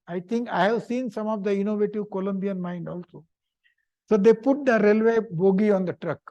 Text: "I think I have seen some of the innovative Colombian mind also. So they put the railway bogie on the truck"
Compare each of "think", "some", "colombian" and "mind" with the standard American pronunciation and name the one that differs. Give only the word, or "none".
think